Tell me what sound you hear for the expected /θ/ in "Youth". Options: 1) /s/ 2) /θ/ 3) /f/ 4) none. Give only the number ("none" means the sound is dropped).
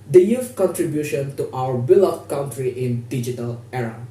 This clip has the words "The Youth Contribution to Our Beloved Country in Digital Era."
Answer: 3